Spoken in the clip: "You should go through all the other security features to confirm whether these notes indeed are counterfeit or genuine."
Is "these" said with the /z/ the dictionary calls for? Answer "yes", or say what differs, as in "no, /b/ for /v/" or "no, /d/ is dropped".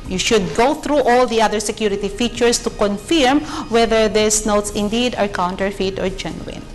no, /s/ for /z/